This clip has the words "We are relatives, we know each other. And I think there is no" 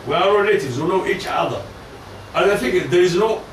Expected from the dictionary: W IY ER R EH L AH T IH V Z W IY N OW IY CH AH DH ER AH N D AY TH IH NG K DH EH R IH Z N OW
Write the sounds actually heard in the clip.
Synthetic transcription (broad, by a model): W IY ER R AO N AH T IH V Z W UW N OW IY CH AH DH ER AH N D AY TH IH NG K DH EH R IH Z N OW